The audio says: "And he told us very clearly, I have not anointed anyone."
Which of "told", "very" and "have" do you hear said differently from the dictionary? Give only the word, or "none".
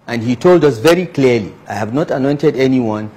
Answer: none